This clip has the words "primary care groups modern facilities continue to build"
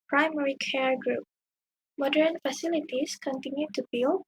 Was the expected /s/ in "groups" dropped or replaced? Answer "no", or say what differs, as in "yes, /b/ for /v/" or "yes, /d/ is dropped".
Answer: yes, /s/ is dropped